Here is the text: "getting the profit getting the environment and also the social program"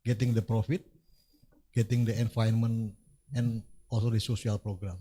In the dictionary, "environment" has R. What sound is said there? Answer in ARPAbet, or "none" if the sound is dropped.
none